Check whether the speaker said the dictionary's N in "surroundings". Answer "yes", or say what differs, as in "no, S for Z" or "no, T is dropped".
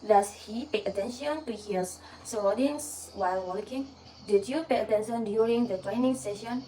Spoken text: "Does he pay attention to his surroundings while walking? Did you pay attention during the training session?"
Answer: no, N is dropped